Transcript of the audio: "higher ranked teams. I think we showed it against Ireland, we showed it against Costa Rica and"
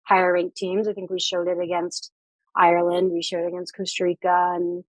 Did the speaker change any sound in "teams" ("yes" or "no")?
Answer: no